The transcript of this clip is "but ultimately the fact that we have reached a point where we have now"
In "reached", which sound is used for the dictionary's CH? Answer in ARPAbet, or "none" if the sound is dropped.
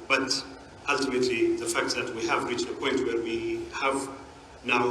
CH